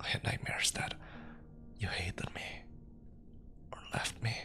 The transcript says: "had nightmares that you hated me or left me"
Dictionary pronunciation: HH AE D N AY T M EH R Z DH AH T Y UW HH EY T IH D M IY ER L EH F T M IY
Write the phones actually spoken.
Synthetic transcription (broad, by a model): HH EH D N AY M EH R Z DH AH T Y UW HH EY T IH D M IY ER L EH F T M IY